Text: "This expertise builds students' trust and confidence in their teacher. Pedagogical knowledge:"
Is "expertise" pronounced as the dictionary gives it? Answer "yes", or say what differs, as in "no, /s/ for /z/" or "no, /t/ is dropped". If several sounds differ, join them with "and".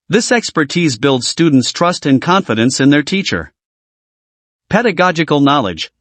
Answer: yes